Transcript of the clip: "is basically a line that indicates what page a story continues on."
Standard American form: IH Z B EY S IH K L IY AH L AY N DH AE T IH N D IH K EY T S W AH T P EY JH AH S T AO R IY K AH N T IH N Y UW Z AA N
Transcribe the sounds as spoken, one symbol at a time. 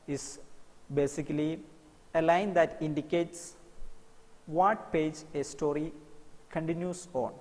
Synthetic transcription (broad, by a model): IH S B EY S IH K L IY AH L AY N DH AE T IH N D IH K EY T S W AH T P EY JH AH S T AO R IY K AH N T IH N Y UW S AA N